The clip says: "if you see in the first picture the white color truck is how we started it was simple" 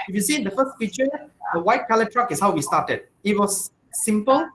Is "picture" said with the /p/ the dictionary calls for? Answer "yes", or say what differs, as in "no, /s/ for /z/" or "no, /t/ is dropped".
no, /f/ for /p/